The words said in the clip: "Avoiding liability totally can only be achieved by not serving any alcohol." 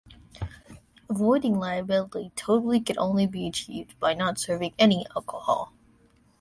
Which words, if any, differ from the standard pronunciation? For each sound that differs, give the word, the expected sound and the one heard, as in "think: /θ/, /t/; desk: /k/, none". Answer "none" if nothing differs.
none